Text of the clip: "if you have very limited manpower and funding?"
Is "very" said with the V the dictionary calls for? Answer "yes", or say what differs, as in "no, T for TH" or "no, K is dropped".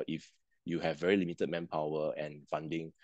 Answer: yes